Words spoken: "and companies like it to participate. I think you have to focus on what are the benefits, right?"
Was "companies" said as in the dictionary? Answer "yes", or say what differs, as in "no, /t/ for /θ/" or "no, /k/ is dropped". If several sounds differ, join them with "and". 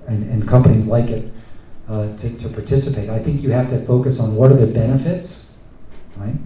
yes